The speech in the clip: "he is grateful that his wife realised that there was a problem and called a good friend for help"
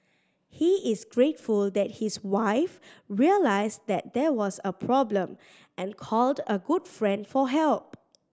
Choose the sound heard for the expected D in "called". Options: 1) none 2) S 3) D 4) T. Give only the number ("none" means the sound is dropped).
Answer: 3